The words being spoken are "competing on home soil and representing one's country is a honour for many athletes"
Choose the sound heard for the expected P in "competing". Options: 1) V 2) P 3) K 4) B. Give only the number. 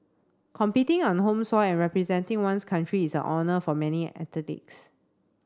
2